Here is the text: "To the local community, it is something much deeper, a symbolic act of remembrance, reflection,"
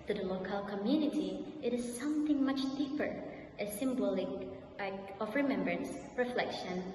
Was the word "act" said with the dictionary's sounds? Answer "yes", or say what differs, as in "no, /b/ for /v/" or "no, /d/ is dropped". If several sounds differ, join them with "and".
no, /t/ is dropped